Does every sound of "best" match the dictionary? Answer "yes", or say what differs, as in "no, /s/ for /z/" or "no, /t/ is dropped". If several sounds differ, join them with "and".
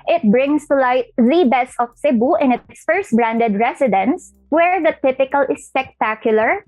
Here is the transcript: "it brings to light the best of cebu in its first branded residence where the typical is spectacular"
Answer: no, /t/ is dropped